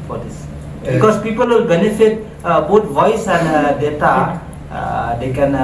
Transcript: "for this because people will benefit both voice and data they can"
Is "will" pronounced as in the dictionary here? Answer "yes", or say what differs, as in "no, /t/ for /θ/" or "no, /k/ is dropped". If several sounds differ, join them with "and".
yes